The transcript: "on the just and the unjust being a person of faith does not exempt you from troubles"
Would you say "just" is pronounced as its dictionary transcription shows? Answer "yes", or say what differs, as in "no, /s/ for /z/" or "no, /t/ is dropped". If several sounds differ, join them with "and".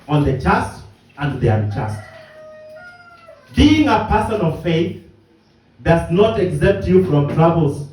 no, /tʃ/ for /dʒ/